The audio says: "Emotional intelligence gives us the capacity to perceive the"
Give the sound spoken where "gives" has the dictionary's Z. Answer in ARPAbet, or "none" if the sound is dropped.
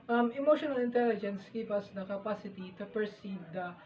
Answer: none